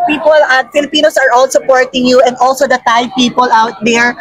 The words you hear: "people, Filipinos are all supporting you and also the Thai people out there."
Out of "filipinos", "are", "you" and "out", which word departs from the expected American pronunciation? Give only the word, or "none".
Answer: filipinos